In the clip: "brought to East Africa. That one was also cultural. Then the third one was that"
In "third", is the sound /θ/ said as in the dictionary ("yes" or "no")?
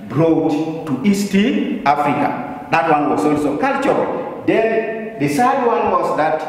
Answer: no